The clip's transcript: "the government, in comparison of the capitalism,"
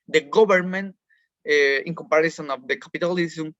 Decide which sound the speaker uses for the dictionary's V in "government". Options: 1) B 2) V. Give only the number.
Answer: 1